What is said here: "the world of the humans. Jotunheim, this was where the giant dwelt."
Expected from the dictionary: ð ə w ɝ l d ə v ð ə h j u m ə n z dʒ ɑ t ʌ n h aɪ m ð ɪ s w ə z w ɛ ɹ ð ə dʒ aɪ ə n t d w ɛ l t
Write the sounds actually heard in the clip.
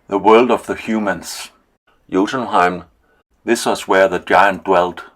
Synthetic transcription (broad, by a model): ð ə w ɝ l d ə v ð ə h j u m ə n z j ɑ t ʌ n h aɪ m ð ɪ s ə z w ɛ ɹ ð ə dʒ aɪ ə n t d w ɛ l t